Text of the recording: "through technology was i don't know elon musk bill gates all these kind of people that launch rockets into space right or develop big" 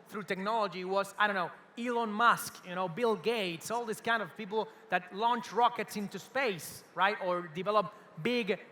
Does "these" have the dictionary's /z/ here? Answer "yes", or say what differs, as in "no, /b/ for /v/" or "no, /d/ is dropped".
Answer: no, /s/ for /z/